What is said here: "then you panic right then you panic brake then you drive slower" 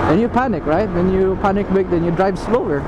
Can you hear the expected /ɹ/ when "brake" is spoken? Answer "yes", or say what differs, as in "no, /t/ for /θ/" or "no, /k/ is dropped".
no, /ɹ/ is dropped